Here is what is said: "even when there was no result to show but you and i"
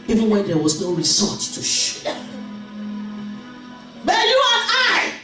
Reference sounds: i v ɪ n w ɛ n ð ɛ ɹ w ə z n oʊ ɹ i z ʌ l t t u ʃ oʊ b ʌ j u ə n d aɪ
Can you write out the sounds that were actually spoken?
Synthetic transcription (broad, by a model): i v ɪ n w ɛ n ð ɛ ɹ w ə z n oʊ ɹ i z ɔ t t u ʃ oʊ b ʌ j u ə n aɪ